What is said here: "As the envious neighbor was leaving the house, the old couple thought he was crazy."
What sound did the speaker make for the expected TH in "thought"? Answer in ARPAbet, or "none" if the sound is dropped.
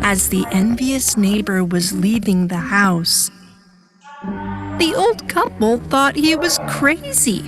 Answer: TH